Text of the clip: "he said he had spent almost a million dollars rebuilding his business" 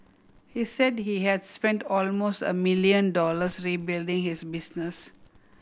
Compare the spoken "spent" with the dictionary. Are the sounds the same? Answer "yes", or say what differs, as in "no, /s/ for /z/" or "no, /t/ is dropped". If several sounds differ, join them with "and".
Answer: yes